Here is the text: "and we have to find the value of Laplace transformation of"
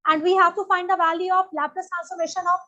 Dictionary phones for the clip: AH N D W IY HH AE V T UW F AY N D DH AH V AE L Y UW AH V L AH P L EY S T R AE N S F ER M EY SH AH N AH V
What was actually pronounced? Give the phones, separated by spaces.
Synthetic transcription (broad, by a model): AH N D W IY HH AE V T UW F AY N D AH V AE L Y UW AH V L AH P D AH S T AE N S ER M EY SH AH N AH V